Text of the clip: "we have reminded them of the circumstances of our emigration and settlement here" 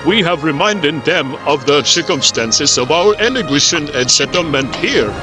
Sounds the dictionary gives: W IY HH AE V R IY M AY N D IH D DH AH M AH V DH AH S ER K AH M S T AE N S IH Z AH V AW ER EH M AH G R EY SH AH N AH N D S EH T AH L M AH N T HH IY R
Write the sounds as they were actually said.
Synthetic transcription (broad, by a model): W IY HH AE V R IY M AY N D IH D DH AH M AH V DH AH S ER K AH M S T AE N S IH Z AH V AW ER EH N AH G EY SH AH N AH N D S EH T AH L M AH N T HH IY R